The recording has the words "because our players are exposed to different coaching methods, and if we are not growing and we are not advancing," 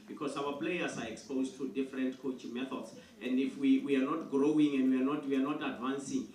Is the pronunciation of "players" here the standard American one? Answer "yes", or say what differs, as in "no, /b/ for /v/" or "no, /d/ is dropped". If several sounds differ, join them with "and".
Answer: no, /s/ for /z/